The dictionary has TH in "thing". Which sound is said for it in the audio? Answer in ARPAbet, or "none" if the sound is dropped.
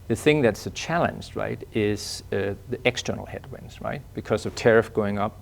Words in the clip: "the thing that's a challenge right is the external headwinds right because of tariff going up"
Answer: TH